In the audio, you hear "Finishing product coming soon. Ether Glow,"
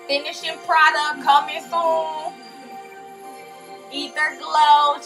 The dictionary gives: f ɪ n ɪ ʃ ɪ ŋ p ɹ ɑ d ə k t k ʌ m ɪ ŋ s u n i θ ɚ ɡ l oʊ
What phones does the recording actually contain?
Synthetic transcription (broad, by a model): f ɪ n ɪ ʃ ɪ p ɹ ɑ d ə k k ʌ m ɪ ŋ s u l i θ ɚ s l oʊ